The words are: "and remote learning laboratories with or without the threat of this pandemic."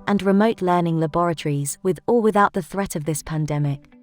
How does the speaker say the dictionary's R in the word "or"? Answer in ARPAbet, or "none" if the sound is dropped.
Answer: L